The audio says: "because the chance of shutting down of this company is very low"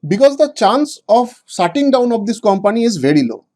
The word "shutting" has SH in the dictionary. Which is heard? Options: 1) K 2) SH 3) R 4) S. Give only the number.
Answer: 4